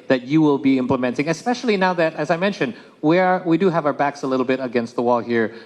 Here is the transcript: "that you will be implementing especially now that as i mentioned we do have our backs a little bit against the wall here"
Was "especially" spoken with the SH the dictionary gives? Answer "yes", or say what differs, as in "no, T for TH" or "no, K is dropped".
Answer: yes